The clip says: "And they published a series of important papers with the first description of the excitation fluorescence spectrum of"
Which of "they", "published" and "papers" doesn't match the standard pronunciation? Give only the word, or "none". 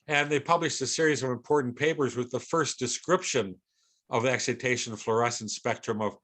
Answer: none